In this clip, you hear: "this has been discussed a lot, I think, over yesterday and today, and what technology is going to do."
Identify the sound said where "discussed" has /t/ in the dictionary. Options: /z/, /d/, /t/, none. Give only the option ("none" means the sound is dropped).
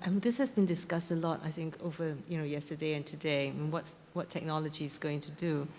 /t/